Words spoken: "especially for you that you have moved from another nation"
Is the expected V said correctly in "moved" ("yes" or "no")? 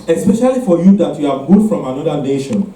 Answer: no